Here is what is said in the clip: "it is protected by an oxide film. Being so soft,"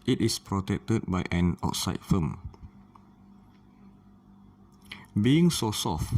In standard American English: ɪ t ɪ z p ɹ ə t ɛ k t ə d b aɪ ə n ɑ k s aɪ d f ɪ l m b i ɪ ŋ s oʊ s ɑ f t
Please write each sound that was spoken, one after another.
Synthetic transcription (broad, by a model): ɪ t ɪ s p ɹ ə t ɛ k t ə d b aɪ ə n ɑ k s aɪ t f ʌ m b i ɪ ŋ s oʊ s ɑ f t